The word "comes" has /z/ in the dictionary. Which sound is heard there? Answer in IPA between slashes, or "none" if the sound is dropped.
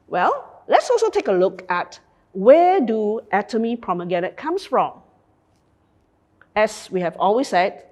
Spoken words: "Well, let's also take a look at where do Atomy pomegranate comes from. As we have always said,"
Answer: /s/